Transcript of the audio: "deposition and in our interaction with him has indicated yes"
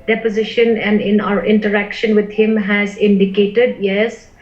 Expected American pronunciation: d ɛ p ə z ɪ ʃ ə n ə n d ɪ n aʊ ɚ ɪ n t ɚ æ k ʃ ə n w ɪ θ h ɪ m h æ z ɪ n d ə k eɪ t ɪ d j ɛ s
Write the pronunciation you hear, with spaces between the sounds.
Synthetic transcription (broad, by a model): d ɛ p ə z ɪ ʃ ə n ə n d ɪ n aʊ ɚ ɪ n t ɚ æ k ʃ ə n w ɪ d h ɪ m h æ z ɪ n d ə k eɪ t ɪ d j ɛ s